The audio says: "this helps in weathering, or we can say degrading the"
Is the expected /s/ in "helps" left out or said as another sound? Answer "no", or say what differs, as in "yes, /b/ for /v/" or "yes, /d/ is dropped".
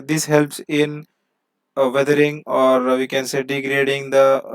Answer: no